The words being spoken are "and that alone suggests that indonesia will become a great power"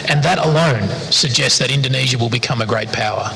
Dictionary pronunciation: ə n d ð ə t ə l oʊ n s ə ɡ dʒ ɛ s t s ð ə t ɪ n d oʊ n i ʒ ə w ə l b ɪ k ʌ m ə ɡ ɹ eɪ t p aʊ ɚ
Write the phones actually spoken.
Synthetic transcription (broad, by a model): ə n ð ə t ə l oʊ n s ə ɡ dʒ ɛ s t s ð ə t ɪ n d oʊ n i ʒ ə w ə l b ɪ k ʌ m ə ɡ ɹ eɪ t p aʊ ɚ